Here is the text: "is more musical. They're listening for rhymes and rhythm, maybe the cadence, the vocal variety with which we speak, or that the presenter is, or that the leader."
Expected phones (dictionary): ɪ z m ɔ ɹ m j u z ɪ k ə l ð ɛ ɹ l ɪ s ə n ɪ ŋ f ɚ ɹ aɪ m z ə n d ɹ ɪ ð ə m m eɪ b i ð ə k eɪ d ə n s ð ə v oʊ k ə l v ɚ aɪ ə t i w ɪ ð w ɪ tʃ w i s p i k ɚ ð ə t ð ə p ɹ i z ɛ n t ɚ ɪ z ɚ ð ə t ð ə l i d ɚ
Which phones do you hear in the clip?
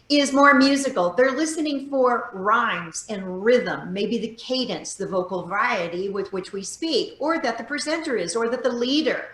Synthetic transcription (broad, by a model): ɪ z m ɔ ɹ m j u z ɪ k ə l ð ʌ ɹ l ɪ s ə n ɪ ŋ f ɚ ɹ aɪ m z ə n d ɹ ɪ ð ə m m eɪ b i ð ə k eɪ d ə n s ð ə v oʊ k l v aɪ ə t i w ɪ ð w ɪ tʃ w i s p i k ɚ ð ə t ð ə p ɹ i z ɛ n t ɚ ɪ z ɚ ð ə t ð ə l i d ɚ